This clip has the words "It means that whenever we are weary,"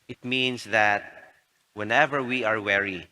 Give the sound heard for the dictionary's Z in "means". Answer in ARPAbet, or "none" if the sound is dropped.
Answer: S